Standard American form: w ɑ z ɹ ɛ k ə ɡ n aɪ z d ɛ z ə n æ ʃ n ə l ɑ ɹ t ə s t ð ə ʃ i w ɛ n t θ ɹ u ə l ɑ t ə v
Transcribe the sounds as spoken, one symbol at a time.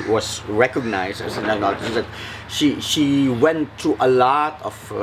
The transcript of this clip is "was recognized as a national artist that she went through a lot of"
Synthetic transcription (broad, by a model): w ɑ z ɹ ɛ k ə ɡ n aɪ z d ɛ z ə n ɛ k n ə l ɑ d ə t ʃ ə ʃ i w ɛ n t ɹ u ə l ɑ t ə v